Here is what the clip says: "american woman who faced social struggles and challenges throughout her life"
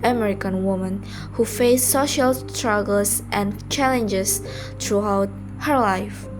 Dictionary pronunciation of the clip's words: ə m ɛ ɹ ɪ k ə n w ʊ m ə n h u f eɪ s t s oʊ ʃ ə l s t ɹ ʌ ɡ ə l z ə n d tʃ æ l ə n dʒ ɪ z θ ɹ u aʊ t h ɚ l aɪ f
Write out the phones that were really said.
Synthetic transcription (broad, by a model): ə m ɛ ɹ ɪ k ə n w ʊ m ə n h u f eɪ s s oʊ ʃ ə l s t ɹ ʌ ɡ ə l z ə n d tʃ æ l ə n dʒ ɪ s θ ɹ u aʊ t h ɚ l aɪ f